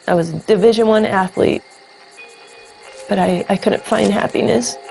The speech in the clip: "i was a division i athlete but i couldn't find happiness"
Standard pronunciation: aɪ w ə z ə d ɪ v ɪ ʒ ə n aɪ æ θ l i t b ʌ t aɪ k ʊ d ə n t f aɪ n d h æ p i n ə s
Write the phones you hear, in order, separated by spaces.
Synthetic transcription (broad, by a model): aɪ w ə z ə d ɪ v ɪ ʒ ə n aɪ æ θ l i t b ʌ t aɪ k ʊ d n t f aɪ n d h æ p i n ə s